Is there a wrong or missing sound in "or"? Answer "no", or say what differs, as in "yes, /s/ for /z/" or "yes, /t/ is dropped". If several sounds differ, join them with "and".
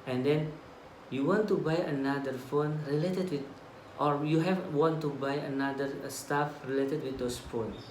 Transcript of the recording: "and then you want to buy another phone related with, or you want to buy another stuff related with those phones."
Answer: no